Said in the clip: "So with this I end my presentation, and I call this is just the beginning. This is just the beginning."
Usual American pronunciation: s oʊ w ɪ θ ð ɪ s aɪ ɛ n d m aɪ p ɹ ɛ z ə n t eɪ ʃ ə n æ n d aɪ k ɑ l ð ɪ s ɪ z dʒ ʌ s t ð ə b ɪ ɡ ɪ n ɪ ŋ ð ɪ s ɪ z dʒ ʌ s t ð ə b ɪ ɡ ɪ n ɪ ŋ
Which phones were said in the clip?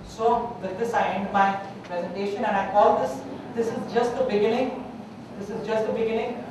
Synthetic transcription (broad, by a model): s oʊ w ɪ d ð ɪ s aɪ ɛ n d m aɪ p ɹ ɛ z ə n t eɪ ʃ ə n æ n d aɪ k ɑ l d ɪ s ɪ z dʒ ʌ s t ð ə b ɪ ɡ ɪ n ɪ ŋ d ɪ s ɪ z dʒ ʌ s t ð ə b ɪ ɡ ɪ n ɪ ŋ